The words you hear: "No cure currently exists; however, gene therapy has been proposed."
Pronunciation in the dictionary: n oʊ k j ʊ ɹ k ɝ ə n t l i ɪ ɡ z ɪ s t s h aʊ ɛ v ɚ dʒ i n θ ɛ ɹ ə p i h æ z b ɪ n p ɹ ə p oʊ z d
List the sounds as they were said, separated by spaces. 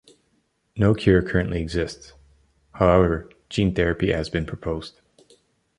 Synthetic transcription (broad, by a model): n oʊ k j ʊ ɹ k ɝ ə n t l i ɪ ɡ z ɪ s t s h aʊ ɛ v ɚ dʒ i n θ ɛ ɹ ə p i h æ z b ɪ n p ɹ ə p oʊ z d